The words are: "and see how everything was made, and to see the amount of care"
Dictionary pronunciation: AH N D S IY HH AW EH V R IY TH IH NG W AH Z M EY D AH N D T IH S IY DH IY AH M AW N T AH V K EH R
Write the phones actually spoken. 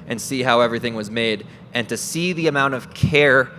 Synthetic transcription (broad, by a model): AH N S IY HH AW EH V R IY TH IH NG W AH Z M EY D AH N T IH S IY DH IY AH M AW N T AH V K EH R